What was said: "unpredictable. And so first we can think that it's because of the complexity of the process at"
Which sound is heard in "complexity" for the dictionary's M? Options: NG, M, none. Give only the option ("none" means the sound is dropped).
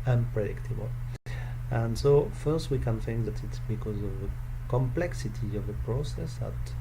M